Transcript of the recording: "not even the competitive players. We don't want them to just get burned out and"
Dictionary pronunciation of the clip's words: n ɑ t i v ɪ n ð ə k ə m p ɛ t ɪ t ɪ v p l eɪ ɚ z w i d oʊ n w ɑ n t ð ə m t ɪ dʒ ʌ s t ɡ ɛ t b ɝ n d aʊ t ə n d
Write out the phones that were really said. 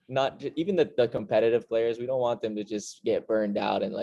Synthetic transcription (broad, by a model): n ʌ t i v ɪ n ð ə k ə m p ɛ t ɪ t ɪ v p l eɪ ɚ z w i d oʊ n w ɑ n ð ə m t ɪ dʒ ʌ s t ɡ ɛ t b ɝ n d aʊ t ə n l